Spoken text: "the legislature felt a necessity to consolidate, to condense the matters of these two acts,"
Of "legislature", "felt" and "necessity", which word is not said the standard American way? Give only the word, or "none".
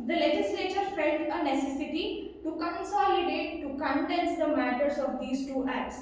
felt